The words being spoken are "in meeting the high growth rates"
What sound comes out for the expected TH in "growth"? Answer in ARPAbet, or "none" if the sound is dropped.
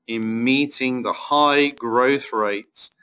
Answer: TH